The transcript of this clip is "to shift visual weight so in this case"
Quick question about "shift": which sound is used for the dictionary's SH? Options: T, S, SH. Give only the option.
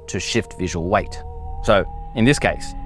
SH